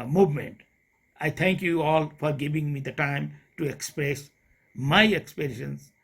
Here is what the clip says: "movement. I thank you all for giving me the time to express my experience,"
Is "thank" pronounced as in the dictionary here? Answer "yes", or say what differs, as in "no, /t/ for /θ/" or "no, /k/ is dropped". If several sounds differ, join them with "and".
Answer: no, /t/ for /θ/